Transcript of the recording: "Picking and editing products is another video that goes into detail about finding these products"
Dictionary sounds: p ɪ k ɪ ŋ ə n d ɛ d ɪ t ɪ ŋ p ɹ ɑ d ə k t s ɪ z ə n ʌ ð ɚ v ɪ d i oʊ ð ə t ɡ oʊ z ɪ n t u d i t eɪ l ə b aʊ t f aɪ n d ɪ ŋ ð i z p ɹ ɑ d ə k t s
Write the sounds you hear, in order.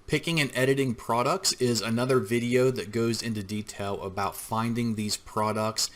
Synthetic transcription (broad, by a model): p ɪ k ɪ ŋ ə n ɛ d ɪ t ɪ ŋ p ɹ ɑ d ə k t s ɪ z ə n ʌ ð ɚ v ɪ d i oʊ ð ə t ɡ oʊ z ɪ n t u d i t eɪ l ə b aʊ t f aɪ n d ɪ ŋ ð i z p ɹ ɑ d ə k t s